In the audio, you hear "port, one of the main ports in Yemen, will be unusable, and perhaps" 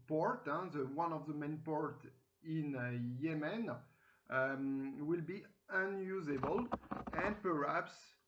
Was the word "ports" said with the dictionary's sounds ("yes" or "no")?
no